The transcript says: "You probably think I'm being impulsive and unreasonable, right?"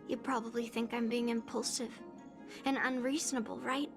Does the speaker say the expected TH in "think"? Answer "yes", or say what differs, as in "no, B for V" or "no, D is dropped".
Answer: yes